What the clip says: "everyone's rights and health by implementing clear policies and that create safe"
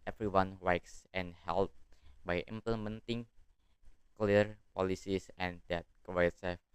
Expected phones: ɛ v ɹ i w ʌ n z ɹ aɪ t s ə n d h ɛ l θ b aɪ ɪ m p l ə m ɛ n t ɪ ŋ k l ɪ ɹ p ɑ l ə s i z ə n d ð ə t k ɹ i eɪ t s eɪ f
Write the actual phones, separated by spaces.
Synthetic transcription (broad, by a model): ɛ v ɹ i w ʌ n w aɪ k s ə n h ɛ l t b aɪ ɪ m p l ə m ɛ n t ɪ ŋ k l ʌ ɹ p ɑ l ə s i s ə n d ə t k w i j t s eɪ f